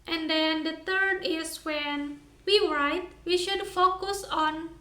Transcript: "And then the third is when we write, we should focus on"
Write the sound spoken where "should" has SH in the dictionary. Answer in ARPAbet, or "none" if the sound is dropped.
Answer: SH